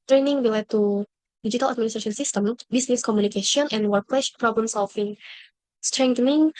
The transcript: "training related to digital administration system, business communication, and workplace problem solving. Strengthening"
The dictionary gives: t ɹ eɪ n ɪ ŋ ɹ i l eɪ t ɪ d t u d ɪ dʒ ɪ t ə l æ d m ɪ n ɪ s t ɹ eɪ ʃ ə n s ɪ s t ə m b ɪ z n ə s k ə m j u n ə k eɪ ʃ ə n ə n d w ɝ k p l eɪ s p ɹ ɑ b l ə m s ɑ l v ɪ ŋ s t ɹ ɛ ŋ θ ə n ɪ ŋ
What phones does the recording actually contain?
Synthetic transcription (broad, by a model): t ɹ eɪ n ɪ ŋ w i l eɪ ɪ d t u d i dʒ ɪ t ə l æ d m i n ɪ s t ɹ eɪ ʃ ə n s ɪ s t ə m b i s n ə s k ə m j u n ə k eɪ ʃ ə n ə n w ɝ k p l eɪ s p ɹ ɑ b l ə m s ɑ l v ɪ ŋ s t ɹ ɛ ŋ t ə n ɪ ŋ